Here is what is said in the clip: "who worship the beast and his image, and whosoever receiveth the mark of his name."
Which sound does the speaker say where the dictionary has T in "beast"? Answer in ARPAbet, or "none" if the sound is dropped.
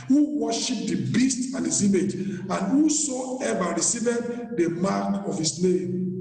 T